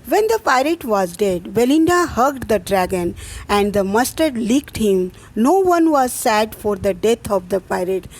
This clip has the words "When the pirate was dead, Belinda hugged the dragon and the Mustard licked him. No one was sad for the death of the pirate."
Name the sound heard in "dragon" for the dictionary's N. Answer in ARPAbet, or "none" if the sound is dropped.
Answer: N